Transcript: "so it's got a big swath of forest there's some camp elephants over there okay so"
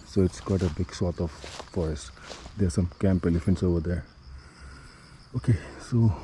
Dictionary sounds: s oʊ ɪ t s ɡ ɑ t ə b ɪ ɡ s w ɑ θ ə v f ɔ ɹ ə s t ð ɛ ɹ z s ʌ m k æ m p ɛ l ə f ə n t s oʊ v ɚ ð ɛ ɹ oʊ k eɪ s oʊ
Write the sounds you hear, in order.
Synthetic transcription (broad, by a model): s oʊ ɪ t s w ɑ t ə b ɪ ɡ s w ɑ t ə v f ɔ ɹ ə s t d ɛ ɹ s ʌ m k æ m p ɛ l ə f ə n t s oʊ v ɚ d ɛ ɹ oʊ k eɪ s oʊ